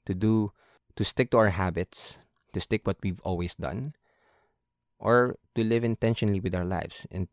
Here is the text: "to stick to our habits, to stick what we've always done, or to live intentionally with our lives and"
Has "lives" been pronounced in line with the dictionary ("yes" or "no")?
no